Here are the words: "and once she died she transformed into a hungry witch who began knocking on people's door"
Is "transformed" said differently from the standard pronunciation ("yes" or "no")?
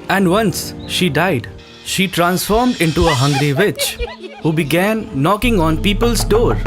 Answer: no